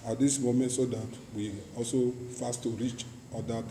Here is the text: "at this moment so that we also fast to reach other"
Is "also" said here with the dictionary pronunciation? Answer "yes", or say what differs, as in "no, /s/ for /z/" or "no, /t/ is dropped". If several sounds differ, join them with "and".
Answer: yes